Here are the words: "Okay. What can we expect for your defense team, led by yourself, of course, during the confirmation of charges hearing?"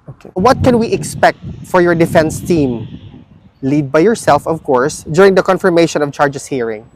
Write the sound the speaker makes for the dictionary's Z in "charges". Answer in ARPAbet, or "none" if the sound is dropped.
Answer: S